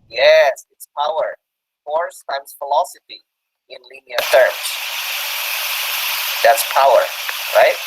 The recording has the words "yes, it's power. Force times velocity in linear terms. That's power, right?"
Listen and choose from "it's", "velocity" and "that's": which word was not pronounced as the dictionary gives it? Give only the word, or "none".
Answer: velocity